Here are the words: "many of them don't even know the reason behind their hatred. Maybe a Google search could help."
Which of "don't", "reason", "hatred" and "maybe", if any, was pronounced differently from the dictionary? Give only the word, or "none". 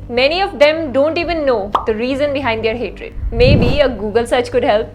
none